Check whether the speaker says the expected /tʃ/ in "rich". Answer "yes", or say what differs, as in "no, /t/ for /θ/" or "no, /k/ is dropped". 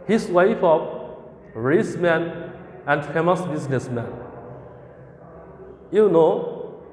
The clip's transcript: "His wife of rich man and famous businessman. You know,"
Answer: no, /s/ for /tʃ/